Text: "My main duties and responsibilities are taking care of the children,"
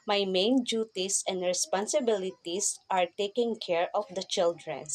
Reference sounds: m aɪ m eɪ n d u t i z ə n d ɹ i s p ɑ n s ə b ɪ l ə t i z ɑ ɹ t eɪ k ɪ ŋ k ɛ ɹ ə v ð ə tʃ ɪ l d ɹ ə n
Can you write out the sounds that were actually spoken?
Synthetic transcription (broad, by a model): m aɪ m eɪ n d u t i s ə n d ɹ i s p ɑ n s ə b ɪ l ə t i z ɑ ɹ t eɪ k ɪ ŋ k ɛ ɹ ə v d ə tʃ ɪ l d ɹ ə n